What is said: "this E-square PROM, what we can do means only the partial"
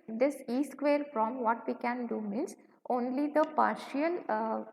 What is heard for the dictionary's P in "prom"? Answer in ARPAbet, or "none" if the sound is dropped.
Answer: F